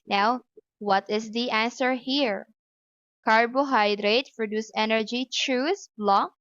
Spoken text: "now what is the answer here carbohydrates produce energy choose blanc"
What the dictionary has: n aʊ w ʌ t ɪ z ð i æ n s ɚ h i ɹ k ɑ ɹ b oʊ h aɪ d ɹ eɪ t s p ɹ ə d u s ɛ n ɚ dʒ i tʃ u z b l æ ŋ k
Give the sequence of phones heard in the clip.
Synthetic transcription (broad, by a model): n aʊ w ʌ t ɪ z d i æ n s ɚ h i ɹ k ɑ ɹ b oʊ h aɪ d ɹ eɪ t p ɹ ə d u s ɛ n ɚ dʒ i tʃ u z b l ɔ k